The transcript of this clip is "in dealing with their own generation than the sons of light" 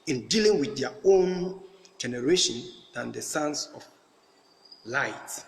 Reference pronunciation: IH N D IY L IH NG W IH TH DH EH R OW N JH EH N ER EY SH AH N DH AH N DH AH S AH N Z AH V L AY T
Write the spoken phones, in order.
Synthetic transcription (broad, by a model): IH N D IY L IH NG W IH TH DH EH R OW N JH EH N ER EY SH AH N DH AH N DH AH S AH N S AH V L AY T